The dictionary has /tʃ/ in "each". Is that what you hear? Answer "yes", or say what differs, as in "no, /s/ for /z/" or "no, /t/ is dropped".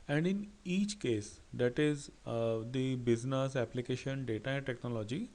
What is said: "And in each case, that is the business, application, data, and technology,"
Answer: yes